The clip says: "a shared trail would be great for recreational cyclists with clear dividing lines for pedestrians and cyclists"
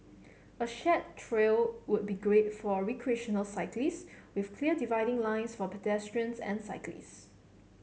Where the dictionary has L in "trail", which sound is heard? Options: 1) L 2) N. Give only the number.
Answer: 1